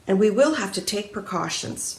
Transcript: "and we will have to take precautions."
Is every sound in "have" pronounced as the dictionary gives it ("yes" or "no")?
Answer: no